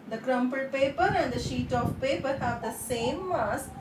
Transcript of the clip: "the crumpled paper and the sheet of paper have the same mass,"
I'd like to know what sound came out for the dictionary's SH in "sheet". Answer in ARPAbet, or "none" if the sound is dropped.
SH